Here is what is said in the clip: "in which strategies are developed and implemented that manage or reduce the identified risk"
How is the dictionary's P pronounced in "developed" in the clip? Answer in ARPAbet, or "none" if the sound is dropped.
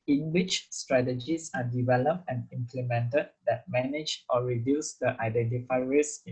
P